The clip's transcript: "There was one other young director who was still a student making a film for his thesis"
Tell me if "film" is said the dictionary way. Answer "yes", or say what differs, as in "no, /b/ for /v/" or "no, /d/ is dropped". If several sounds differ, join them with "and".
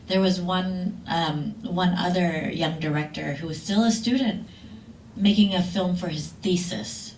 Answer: yes